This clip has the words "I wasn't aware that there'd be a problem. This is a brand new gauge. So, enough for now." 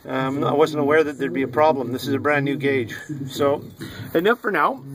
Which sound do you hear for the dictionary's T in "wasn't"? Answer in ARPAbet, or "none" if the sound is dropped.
T